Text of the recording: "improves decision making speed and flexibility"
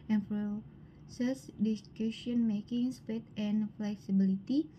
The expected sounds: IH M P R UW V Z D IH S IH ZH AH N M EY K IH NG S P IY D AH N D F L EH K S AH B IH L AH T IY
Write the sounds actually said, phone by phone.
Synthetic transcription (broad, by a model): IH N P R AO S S D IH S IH SH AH N M EY K IH NG S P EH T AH N F L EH K S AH B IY L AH T IY